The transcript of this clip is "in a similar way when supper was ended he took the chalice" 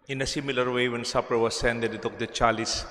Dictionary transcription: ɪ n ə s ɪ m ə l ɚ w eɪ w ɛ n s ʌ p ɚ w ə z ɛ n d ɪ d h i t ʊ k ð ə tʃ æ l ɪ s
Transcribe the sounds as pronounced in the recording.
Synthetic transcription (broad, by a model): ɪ n ə s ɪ m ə l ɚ w eɪ w ɛ n s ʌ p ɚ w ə s ɛ n d ɪ d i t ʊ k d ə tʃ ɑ l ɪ s